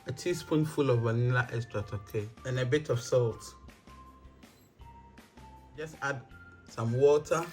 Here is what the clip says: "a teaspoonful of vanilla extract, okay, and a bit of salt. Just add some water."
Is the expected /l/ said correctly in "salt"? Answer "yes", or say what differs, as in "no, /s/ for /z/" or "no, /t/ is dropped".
yes